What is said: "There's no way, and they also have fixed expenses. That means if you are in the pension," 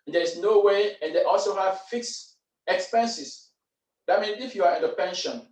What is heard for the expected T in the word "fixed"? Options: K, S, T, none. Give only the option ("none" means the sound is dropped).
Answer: none